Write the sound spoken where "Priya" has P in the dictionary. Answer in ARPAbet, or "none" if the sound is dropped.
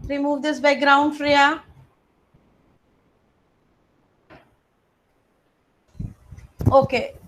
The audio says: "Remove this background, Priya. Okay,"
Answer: F